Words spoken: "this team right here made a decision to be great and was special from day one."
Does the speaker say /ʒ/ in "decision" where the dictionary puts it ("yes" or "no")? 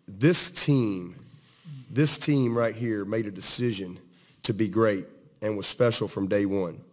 yes